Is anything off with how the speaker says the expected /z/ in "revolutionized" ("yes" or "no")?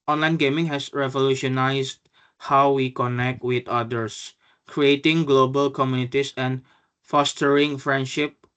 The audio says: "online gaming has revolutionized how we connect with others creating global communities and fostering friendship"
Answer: yes